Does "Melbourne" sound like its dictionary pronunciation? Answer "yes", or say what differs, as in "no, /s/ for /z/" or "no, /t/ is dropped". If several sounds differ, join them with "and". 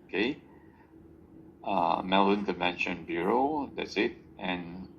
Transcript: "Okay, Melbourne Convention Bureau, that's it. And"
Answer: no, /b/ is dropped